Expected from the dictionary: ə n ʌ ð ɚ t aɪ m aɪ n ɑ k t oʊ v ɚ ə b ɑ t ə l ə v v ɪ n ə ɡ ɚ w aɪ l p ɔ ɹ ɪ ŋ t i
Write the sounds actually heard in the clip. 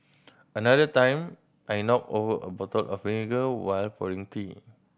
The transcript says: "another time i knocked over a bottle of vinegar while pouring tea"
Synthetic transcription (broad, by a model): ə n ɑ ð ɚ t aɪ m aɪ n ɑ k oʊ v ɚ ə b ɑ t ə l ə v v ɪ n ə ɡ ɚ w aɪ l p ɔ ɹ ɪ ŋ t i